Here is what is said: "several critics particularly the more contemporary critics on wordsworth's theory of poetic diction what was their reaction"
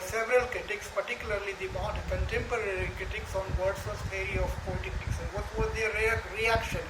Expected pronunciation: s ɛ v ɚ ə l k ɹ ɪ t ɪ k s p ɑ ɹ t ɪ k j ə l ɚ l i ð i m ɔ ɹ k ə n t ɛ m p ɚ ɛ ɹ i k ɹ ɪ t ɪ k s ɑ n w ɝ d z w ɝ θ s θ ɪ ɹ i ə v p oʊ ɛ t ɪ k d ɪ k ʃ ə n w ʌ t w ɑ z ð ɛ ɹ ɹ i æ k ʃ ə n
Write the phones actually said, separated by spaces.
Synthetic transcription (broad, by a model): s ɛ v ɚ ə l k ɹ ɪ t ɪ k s p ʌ ɹ t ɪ k j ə l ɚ l i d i m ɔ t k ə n t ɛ m p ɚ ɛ ɹ i k ɹ ɪ t ɪ k s ɑ n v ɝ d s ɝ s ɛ ɹ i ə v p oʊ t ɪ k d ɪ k s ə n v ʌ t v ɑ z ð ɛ ɹ ɹ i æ k ʃ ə n